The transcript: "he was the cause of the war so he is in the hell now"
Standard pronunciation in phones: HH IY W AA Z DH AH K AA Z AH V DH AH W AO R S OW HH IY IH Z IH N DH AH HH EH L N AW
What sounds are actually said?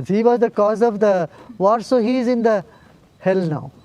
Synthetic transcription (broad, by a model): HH IY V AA Z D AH K AA Z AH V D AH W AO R S OW HH IY IH Z IH N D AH HH EH L N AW